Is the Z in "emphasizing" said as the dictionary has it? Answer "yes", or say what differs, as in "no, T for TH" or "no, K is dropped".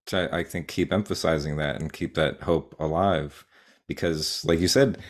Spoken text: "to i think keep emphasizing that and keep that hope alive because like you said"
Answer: yes